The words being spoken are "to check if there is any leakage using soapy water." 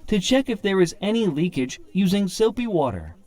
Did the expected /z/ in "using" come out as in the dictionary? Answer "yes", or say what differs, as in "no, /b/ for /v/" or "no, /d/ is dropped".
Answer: yes